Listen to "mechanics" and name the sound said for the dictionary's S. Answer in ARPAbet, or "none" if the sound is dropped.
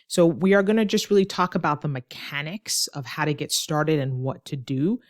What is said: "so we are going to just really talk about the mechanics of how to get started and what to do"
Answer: S